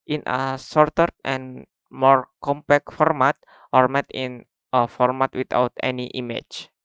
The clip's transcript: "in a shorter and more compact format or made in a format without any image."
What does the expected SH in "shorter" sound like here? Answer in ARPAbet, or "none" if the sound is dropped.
S